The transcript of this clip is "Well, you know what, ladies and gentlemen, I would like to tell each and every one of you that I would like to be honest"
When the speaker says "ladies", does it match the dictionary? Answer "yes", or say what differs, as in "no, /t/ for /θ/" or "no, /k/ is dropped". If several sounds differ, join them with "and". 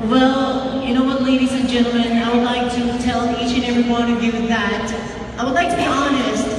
yes